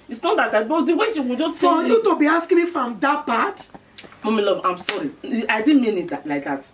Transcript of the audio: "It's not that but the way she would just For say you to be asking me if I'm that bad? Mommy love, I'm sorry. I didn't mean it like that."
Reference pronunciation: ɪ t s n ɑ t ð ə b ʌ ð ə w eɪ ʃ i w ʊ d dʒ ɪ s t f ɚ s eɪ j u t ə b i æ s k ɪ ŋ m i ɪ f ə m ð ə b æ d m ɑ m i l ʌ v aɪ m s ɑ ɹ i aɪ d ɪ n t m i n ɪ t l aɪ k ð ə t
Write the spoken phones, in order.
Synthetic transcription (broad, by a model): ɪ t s n ɑ t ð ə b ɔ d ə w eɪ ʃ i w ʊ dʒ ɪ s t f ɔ j u t ə b i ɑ s k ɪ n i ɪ f ə m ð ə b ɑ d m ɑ m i l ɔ b aɪ m s ɑ ɹ i aɪ d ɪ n m i n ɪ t l aɪ k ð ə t